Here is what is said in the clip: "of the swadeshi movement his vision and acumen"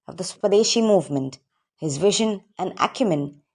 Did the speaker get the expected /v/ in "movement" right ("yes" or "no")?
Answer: yes